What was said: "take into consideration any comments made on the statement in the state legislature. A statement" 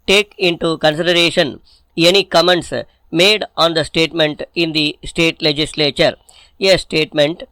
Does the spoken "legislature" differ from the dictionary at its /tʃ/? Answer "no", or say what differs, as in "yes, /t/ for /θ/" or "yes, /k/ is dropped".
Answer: no